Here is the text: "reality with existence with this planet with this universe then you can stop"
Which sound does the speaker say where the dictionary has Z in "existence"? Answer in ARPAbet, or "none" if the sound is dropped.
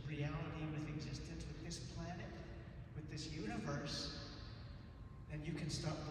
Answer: Z